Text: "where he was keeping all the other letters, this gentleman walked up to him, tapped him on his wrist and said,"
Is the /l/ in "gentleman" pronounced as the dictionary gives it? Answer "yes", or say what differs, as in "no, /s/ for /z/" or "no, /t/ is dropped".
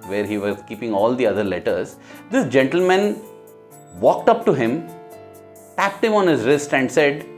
yes